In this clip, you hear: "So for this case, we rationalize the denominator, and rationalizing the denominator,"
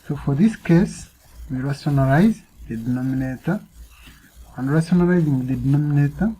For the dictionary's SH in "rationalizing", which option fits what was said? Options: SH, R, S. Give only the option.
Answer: S